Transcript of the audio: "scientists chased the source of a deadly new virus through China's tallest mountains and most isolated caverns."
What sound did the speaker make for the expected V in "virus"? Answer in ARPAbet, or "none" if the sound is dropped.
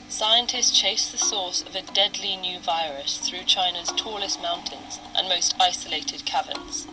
V